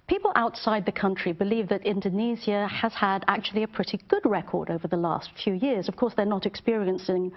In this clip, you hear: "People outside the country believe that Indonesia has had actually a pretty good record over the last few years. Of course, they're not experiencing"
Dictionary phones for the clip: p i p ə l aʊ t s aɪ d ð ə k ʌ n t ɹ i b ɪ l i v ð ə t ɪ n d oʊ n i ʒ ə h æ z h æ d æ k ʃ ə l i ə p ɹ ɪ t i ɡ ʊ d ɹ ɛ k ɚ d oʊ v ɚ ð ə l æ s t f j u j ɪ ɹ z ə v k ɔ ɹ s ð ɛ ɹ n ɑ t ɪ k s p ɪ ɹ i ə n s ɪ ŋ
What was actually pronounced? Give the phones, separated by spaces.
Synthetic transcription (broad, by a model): p i p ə l aʊ t s aɪ d ð ə k ʌ n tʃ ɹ i b ɪ l i v ð ə t ɪ n d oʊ n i z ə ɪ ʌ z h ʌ d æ k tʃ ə l i ə p ɹ ɪ t i ɡ ʊ d ɹ ɛ k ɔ d oʊ v ɚ ð ə l æ s t f j u j ɪ ɹ z ə v k ɔ ɹ s ð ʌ ɹ n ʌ t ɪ k s p ɪ ɹ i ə n s ɪ ŋ